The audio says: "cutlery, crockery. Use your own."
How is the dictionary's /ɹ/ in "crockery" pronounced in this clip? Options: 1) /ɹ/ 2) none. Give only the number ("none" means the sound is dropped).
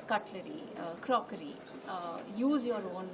1